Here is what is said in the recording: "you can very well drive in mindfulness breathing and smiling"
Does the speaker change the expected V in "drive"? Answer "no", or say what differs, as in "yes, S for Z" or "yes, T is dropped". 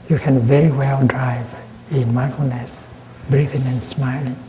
no